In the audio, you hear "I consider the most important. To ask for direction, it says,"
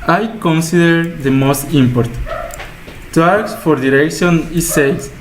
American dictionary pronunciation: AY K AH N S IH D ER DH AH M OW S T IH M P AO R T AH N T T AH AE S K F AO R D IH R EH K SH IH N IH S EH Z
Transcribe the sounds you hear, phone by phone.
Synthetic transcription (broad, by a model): AY K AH N S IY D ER DH AH M OW S T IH M P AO R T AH T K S F AO R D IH R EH K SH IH N IH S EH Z